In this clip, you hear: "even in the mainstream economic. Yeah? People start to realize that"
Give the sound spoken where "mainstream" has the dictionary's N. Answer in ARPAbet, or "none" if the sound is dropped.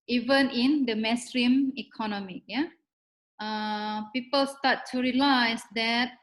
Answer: none